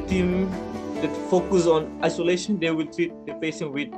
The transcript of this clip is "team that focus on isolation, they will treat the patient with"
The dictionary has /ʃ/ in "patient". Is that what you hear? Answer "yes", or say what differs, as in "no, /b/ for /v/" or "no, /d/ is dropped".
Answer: no, /s/ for /ʃ/